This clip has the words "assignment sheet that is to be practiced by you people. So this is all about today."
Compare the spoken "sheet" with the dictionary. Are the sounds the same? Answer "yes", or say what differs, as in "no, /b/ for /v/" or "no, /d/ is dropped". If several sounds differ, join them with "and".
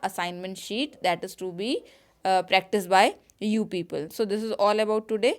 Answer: yes